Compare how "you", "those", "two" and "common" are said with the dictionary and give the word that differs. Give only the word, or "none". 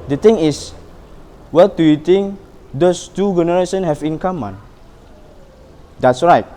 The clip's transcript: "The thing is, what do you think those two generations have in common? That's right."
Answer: those